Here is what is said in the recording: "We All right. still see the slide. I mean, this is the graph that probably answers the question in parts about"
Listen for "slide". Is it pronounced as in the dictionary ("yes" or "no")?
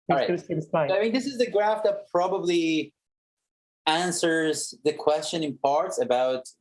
no